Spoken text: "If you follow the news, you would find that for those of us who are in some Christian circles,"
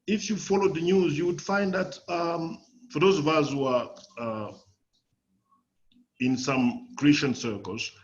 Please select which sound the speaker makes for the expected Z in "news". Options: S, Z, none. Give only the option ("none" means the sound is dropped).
Z